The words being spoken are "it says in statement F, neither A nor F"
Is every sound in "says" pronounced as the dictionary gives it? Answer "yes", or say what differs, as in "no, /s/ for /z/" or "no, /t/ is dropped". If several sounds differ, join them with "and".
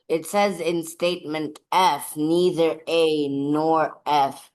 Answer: yes